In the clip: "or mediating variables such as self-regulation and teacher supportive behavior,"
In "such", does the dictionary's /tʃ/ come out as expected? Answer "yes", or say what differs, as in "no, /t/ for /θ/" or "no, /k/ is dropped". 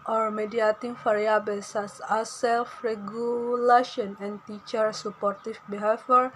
no, /s/ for /tʃ/